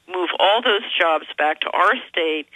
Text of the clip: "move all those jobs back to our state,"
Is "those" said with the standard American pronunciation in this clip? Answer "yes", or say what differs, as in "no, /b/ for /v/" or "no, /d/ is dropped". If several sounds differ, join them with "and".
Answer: yes